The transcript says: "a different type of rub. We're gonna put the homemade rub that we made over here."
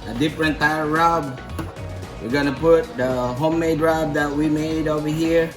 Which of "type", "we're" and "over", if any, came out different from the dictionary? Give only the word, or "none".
type